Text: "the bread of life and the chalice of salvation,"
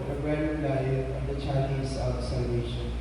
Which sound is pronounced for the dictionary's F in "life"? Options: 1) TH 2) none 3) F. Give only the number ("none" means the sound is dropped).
2